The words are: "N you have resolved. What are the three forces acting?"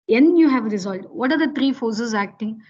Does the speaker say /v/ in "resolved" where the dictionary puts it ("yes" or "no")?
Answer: no